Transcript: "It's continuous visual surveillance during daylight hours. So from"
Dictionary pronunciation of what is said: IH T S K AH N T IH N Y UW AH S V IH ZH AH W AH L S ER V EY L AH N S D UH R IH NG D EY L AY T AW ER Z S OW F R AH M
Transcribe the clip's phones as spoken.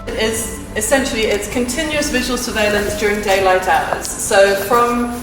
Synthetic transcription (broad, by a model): IH T S K AH N T IH N Y UW AH S V IH ZH AH W AH L S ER V EY L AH N S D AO R IH NG D EY L AY T AW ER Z S OW F R AH M